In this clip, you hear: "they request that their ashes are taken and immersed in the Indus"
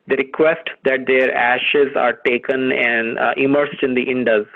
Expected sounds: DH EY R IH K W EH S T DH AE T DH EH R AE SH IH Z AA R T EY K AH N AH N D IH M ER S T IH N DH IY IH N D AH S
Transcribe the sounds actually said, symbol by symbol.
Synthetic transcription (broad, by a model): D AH R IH K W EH S T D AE T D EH R AE SH IH Z AA R T EY K AH N AH N D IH M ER S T IH N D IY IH N D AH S